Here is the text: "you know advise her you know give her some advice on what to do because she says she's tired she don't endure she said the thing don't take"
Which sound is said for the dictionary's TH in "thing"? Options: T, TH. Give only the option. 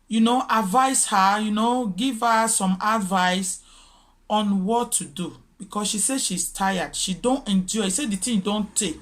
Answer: T